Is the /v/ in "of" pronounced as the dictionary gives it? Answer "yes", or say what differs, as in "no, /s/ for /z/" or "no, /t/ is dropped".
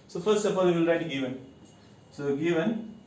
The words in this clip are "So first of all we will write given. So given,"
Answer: no, /p/ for /v/